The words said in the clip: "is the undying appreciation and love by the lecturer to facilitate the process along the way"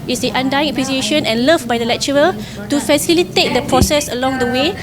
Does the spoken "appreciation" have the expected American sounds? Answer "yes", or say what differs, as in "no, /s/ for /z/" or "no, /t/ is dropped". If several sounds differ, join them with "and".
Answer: no, /w/ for /ɹ/ and /s/ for /ʃ/